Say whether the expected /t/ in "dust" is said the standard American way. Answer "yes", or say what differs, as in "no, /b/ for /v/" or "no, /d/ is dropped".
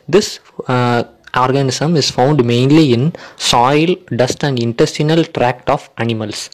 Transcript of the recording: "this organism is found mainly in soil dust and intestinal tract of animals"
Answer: yes